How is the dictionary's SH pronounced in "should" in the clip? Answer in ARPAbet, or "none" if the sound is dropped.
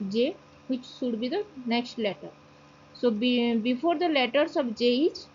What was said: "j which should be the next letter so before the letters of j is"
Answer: S